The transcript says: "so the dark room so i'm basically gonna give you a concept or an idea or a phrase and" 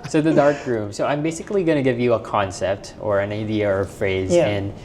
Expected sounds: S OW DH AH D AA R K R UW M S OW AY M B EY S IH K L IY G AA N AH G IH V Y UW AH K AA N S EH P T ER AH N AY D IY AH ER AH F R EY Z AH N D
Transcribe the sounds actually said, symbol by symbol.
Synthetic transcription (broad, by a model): S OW DH AH D AA R K R UW M S OW AY M B EY S IH K L IY G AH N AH G IH V Y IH AH K AA N S EH P T ER AH N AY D IY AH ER AH F R EY Z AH N